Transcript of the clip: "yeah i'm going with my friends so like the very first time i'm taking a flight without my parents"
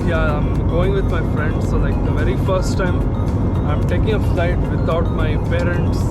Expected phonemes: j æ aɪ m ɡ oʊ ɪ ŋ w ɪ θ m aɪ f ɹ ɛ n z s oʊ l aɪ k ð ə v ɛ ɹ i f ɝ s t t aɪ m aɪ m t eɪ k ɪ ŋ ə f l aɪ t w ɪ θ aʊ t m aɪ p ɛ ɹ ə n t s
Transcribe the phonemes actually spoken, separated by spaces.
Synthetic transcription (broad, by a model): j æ aɪ m ɡ oʊ ɪ ŋ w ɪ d m aɪ f ɹ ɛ n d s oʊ l aɪ k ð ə v ɛ ɹ i f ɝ s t t aɪ m aɪ m t eɪ k ɪ ŋ ə f l aɪ t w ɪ t aʊ t m aɪ p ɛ ɹ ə n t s